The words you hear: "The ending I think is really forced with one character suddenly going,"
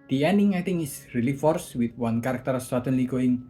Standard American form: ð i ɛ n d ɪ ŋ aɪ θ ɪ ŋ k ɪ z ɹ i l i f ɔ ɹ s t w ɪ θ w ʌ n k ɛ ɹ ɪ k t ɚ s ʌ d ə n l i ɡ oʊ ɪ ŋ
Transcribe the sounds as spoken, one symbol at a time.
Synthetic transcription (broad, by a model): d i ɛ n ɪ ŋ aɪ t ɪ ŋ ɪ s ɹ i l i f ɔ ɹ s w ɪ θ w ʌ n k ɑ ɹ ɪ k t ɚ s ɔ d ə n l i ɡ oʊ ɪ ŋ